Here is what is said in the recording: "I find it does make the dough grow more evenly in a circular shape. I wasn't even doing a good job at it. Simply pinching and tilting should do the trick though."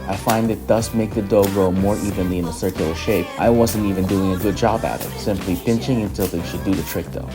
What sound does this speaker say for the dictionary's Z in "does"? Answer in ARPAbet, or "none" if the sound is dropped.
S